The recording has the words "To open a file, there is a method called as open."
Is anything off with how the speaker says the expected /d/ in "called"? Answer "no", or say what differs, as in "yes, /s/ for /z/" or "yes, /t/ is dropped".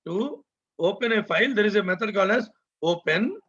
yes, /d/ is dropped